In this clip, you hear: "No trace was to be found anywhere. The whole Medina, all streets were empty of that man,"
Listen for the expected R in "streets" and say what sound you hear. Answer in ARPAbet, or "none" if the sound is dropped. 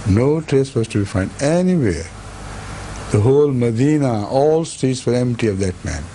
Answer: none